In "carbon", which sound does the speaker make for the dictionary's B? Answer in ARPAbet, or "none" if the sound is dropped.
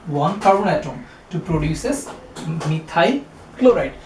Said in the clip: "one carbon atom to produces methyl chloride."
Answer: none